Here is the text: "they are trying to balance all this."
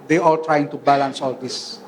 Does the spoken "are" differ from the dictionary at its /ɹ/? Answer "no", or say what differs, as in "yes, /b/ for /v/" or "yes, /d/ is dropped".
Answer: yes, /l/ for /ɹ/